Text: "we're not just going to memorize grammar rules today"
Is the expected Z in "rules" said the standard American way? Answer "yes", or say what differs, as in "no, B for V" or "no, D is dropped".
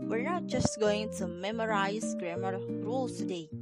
no, Z is dropped